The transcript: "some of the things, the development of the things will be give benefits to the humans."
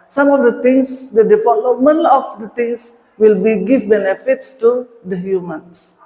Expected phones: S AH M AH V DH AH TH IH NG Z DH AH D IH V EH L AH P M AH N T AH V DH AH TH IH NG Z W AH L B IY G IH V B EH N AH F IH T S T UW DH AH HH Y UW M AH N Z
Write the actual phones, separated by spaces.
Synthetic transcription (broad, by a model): S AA M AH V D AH T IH NG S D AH D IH F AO L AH M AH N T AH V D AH T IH NG S W AH L B IY G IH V B EH N AH F IH T S T UW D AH HH Y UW M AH N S